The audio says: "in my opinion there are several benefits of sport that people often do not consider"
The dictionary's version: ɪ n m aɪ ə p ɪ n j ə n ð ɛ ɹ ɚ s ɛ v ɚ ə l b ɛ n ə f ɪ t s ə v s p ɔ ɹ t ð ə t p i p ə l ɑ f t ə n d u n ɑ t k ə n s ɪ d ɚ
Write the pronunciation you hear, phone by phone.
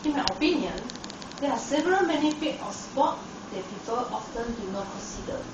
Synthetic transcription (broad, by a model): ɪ n m aɪ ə p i n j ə n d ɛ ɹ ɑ s ɛ v ɚ ə l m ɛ n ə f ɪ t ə f s p ɔ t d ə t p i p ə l ɑ f t ə n d u n ɑ t k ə n s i d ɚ